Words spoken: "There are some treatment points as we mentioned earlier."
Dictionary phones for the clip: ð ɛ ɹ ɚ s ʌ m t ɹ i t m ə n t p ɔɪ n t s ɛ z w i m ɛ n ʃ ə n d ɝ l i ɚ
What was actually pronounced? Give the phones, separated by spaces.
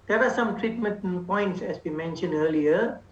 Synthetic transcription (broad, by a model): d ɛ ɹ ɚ s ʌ m t ɹ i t m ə n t p ɔɪ n t s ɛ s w i m ɛ n ʃ ə n d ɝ l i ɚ